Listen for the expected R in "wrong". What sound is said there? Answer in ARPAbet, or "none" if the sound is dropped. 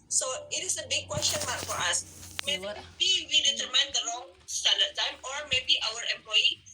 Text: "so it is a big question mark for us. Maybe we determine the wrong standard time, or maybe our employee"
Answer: L